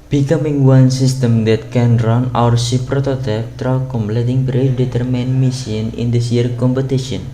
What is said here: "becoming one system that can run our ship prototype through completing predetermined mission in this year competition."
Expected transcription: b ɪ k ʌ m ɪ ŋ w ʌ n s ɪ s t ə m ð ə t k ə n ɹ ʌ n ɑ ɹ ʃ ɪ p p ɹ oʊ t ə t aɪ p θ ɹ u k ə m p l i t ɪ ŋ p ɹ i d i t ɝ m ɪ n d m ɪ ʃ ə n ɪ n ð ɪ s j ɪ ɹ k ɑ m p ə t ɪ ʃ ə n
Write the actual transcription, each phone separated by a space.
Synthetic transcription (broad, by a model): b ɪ k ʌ m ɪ ŋ w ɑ n s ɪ s t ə m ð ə t k ə n ɹ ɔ n ɑ ɹ s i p p ɹ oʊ t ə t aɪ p t ɹ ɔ k ə m p l i t ɪ ŋ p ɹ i d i t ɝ m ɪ n m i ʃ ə n ɪ n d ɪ s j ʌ ɹ k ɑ m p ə t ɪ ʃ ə n